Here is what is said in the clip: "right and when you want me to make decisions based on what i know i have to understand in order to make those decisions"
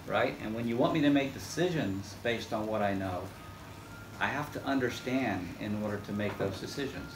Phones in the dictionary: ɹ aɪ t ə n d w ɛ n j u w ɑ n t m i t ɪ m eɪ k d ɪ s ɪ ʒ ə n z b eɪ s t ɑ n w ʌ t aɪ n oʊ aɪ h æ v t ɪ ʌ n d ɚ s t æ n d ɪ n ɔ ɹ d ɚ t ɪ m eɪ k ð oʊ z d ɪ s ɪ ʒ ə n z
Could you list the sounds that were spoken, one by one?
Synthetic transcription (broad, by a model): ɹ aɪ t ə n w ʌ n j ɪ w ɑ n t m i t ɪ m eɪ k d ɪ s ɪ ʒ ə n z b eɪ s t n w ʌ t aɪ n oʊ aɪ h æ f t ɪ ʌ n d ɚ s t æ n d ɪ n ɔ ɹ d ɚ t ɪ m eɪ k ð oʊ z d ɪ s ɪ ʒ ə n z